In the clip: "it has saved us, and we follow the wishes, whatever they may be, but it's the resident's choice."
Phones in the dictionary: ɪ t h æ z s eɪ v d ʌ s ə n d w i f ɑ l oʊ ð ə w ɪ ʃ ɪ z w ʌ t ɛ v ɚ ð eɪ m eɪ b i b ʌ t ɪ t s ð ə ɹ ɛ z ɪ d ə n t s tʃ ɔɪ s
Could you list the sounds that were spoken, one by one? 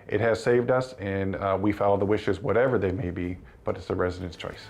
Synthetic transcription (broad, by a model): ɪ t h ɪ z s eɪ v d ʌ s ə n w i f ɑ l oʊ ð ə w ɪ ʃ ɪ z w ʌ t ɛ v ɚ ð eɪ m eɪ b i b ʌ t ɪ t s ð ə ɹ ɛ z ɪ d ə n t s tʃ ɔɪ s